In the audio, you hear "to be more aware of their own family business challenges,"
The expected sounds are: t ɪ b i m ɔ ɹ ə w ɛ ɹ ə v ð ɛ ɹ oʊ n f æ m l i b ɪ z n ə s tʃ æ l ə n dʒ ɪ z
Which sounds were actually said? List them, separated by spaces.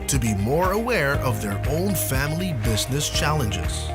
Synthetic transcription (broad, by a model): t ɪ b i m ɔ ɹ ə w ɛ ɹ ə v ð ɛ ɹ oʊ n f æ m l i b ɪ z n ə s tʃ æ l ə n dʒ ɪ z